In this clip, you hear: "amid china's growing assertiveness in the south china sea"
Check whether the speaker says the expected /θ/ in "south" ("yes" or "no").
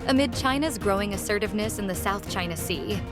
yes